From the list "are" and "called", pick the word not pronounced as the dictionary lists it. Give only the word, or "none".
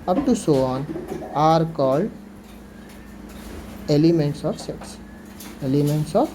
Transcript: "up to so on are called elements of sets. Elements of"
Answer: none